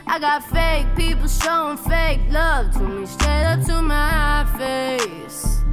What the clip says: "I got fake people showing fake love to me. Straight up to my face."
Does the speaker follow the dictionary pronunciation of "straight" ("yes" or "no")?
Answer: no